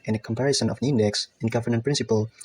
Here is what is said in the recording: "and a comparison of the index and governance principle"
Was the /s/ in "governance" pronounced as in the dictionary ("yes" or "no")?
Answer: no